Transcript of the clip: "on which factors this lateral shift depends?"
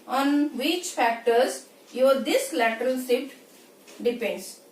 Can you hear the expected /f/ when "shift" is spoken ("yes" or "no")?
no